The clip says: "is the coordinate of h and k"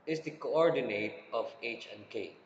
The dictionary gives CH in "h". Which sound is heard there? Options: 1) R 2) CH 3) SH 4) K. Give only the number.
2